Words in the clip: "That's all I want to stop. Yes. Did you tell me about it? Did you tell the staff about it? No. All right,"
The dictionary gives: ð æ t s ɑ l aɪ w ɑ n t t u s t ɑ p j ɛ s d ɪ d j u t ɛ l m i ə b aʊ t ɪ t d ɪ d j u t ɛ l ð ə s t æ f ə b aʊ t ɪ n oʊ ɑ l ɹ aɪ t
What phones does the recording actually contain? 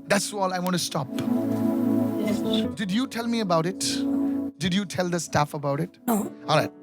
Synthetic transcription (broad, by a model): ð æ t s ɑ l aɪ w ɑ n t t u s t ɑ p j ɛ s d ɪ d j u t ɛ l m i ə b aʊ t ɪ t d ɪ d j u t ɛ l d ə s t æ f ə b aʊ t ɪ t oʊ ɑ l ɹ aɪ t